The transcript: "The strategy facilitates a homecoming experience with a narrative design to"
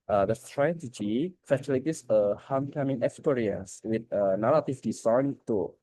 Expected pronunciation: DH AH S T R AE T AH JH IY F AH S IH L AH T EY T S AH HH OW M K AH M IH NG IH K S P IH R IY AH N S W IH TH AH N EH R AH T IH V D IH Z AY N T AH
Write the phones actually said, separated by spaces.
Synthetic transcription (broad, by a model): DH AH S T R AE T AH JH IY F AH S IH L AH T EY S AH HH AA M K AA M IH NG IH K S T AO R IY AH S W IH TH AH N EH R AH T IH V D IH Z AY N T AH